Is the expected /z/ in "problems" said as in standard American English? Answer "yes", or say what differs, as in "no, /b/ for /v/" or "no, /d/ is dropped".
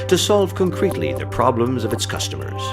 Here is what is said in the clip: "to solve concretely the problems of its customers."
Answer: yes